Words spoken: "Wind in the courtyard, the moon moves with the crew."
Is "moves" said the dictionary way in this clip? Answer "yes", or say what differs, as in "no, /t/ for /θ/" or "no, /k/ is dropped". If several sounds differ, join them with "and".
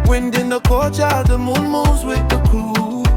no, /v/ is dropped